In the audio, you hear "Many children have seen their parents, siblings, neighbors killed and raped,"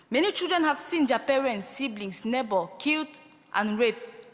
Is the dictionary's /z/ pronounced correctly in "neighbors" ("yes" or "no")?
no